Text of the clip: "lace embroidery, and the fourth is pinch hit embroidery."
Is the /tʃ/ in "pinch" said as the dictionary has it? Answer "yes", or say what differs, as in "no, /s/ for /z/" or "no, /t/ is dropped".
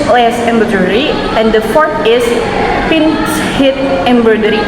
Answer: no, /s/ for /tʃ/